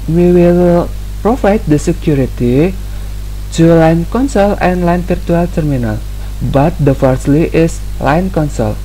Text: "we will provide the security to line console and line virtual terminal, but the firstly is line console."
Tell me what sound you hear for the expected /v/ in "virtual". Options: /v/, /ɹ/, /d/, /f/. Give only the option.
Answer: /f/